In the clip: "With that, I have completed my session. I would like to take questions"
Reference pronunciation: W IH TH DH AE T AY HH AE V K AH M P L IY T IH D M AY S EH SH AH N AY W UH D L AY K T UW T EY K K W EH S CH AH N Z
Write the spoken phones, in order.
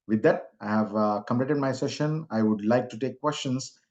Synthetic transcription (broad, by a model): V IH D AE T AY HH AE V K AH M P L IY T IH D M AY S EH SH AH N AY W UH D L AY K T UW T EY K K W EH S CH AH N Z